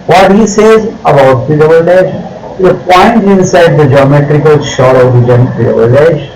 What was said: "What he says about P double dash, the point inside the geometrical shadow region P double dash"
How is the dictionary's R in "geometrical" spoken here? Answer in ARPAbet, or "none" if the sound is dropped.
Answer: R